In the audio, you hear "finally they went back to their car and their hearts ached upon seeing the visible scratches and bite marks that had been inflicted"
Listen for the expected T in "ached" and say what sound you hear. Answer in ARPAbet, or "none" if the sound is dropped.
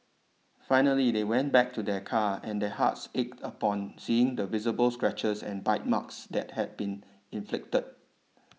T